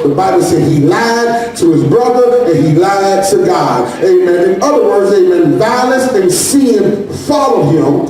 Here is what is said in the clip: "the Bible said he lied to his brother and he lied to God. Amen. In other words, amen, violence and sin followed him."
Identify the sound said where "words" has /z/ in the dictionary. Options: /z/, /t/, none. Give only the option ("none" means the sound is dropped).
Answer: /z/